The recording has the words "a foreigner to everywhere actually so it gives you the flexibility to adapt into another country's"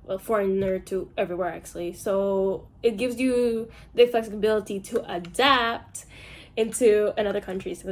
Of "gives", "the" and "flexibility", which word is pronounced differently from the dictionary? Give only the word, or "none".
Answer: none